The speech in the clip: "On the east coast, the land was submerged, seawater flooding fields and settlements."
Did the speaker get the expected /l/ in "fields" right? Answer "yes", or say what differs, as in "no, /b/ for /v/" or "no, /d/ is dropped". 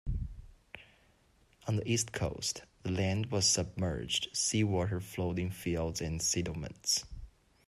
yes